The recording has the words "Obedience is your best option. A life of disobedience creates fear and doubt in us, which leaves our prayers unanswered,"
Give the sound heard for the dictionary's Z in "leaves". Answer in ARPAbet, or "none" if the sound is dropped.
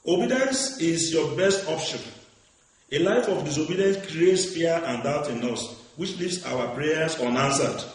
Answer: S